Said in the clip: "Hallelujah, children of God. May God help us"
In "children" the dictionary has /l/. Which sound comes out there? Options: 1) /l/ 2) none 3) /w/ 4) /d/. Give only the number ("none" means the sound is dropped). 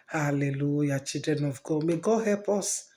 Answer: 2